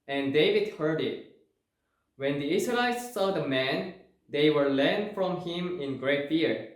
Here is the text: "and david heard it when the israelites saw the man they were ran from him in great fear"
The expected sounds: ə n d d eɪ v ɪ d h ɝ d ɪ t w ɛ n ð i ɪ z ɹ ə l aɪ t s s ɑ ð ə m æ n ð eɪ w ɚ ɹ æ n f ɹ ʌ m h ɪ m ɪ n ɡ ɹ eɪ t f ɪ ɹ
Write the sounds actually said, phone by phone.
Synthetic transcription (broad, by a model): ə n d d eɪ v ɪ d h ɝ d ɪ t w ɛ n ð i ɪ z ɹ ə l aɪ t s s ɑ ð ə m æ n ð eɪ w ɚ l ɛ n f ɹ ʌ m h ɪ m ɪ n ɡ ɹ eɪ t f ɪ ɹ